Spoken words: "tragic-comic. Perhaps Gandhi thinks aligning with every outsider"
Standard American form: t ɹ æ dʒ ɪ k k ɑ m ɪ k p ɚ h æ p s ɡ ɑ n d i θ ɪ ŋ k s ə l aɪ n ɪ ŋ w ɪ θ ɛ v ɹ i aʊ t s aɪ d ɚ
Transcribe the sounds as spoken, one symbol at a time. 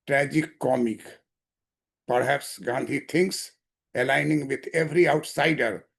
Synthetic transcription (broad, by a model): t ɹ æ dʒ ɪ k k ɑ m ɪ k p ɚ h æ p s ɡ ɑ n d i t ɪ ŋ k s ə l aɪ n ɪ ŋ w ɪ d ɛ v ɹ i aʊ t s aɪ d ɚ